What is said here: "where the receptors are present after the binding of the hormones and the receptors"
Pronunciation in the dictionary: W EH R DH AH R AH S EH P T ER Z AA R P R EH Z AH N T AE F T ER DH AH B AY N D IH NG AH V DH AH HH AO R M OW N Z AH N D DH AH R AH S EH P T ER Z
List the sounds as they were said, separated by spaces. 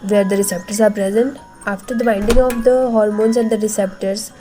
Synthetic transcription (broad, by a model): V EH R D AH R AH S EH P T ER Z AA R P R EH Z AH N T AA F T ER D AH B AY N D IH NG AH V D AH HH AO R M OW N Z AH N D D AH R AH S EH P T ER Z